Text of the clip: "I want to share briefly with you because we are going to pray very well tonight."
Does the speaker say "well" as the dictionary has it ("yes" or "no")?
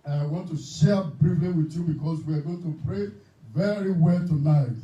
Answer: yes